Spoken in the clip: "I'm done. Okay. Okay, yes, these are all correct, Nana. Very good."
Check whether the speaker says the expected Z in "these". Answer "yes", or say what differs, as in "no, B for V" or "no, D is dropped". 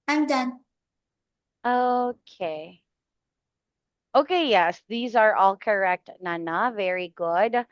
yes